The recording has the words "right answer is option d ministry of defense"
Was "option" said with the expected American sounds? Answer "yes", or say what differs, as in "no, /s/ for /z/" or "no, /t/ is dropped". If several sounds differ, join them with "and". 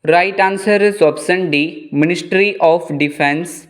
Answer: no, /s/ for /ʃ/